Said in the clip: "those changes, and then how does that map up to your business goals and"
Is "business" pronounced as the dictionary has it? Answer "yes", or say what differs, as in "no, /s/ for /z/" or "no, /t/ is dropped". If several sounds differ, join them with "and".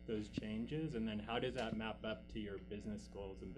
yes